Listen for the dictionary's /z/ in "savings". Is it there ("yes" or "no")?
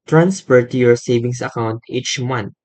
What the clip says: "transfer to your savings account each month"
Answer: no